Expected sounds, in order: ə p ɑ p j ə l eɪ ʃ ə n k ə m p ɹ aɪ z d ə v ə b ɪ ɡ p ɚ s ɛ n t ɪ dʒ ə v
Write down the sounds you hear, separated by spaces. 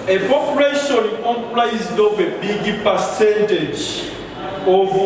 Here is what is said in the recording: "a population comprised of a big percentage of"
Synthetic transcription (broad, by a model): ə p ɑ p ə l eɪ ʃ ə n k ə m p l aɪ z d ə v ə b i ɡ p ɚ s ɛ n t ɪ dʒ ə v